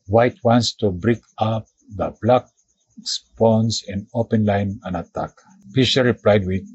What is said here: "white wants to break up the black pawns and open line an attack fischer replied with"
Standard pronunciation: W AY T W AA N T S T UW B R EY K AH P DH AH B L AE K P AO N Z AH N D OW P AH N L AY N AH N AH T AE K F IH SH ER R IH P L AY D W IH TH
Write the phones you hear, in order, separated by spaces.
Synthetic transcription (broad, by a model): W AY T W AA N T S T UW B R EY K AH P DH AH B L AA K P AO N S AH N D OW P AH N L AY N AH N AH T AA K P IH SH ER R IH P L AY D W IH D